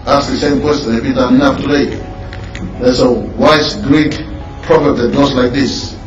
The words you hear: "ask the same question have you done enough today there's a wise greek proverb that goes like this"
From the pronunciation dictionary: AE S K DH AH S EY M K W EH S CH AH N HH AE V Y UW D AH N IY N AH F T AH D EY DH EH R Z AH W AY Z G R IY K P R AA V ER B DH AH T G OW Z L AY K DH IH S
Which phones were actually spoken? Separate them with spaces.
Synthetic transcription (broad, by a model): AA S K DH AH S EY M K W EH S CH AH N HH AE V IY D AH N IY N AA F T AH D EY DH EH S AH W AY S G R IY K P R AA F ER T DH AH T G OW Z L AY K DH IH S